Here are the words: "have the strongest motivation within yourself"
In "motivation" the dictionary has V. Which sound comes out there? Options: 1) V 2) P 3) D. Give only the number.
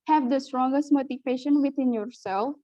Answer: 2